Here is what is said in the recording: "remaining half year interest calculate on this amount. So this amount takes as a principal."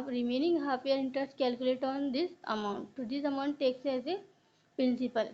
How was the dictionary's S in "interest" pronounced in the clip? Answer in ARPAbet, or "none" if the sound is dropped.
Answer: S